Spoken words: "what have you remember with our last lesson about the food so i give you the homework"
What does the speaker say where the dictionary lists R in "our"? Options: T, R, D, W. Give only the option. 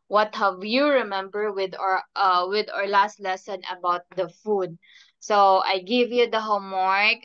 R